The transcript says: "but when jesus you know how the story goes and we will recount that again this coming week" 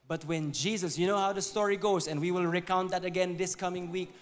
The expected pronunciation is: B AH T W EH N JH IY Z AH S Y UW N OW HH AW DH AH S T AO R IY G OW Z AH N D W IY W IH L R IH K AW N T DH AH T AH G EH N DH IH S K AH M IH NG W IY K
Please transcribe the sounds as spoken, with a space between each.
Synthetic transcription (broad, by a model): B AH T W EH N JH IY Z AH S Y UW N OW HH AW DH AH S T AO R IY G OW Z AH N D W IY W IH L R IH K AW N T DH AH T AH G EH N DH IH S K AH M IH NG W IY K